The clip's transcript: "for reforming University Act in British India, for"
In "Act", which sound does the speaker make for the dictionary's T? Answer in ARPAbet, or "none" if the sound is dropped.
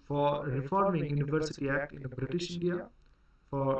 T